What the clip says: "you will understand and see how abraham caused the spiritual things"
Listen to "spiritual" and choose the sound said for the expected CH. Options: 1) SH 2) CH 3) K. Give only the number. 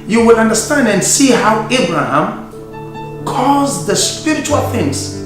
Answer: 2